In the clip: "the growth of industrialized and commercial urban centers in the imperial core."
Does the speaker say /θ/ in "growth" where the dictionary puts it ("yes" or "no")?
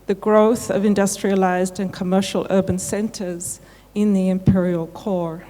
yes